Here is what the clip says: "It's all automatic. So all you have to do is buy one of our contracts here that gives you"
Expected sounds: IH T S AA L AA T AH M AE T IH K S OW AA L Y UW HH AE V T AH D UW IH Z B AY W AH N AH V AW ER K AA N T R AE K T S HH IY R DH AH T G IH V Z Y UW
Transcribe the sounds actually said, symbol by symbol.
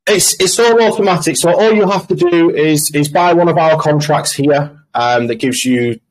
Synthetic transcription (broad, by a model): IH T S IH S AA T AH M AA T IH K S OW AA L Y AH HH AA F T AH D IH IH Z B AY W AH N AH V AW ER K AA N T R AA K T S HH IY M DH AH T G IH V Z Y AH